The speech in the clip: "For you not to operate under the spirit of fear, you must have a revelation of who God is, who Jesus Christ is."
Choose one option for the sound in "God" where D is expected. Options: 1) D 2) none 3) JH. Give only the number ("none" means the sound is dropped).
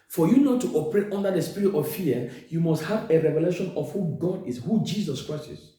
1